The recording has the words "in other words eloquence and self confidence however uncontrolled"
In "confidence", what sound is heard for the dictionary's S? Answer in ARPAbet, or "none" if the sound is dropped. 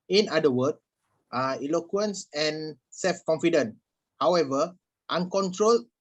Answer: none